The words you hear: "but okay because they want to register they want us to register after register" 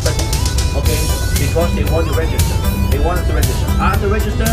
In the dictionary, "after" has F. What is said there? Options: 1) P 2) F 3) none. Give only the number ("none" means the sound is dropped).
3